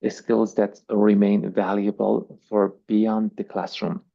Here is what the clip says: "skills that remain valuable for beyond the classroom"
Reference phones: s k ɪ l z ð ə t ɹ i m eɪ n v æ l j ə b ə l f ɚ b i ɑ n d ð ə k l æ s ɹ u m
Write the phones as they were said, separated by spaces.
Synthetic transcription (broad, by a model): s k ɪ l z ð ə t ɹ i m eɪ n v æ l j ə b ə l f ɚ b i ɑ n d ð ə k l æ s ɹ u m